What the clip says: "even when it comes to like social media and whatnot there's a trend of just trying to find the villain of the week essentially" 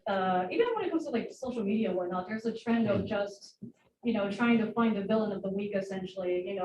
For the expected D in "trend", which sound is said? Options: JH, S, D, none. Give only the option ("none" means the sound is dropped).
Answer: D